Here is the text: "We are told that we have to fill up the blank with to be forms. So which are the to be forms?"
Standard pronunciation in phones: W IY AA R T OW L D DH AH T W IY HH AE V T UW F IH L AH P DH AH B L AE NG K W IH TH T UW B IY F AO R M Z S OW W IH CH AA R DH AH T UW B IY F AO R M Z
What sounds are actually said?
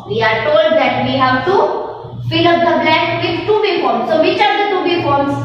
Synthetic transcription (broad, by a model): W IY AA R T OW L D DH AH T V IY HH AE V T UW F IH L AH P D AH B L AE K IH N T UW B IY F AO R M S OW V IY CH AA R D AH T UW B IY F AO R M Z